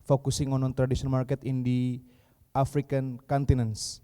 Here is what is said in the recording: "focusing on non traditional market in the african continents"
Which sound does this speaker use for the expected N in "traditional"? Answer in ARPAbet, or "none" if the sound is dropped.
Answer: none